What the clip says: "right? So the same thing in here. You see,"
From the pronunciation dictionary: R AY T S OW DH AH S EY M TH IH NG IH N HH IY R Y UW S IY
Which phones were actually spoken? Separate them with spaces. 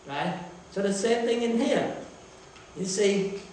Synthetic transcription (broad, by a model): R AY T S OW DH AH S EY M TH IH NG IH N HH IY R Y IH S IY